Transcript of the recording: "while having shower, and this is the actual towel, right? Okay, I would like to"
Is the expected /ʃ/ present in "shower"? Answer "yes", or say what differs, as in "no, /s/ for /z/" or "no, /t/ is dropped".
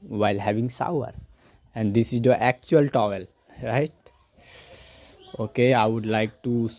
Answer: no, /s/ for /ʃ/